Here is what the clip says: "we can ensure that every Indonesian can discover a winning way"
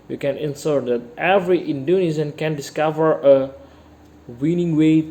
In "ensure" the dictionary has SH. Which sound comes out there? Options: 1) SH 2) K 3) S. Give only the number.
3